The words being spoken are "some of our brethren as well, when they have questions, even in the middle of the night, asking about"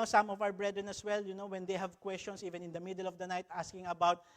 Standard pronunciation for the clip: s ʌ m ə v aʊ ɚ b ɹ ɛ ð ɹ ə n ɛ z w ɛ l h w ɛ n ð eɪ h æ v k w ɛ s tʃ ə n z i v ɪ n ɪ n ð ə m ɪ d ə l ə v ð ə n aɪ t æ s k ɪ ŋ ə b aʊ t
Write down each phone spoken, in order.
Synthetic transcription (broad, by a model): s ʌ m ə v aʊ ɚ b ɹ ɛ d ɹ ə n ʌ s w ɛ l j w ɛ n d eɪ h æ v k w ɛ s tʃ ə n s i v ɪ n ɪ n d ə m ɪ d ə l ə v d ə n aɪ t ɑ s k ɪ ŋ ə b aʊ t